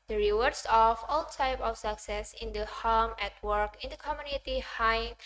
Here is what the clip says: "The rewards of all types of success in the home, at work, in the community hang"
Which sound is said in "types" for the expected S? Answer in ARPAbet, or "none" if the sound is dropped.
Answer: none